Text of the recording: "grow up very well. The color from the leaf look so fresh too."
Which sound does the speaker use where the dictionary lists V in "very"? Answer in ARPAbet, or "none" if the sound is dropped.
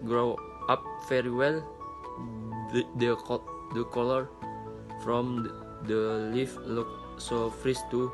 F